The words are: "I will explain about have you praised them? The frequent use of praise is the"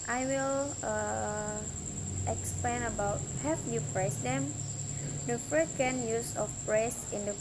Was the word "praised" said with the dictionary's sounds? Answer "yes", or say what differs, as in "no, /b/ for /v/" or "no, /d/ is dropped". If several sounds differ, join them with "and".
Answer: no, /s/ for /z/